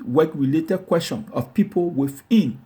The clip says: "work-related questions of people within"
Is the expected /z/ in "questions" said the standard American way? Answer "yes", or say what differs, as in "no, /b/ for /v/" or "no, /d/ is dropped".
no, /z/ is dropped